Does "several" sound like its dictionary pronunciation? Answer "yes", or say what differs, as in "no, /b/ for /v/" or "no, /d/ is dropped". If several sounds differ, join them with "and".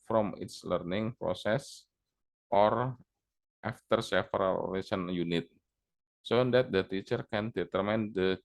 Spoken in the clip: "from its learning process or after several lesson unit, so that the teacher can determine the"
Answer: no, /f/ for /v/